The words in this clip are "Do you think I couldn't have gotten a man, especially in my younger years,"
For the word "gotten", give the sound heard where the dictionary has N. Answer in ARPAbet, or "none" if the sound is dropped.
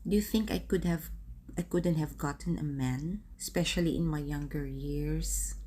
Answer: N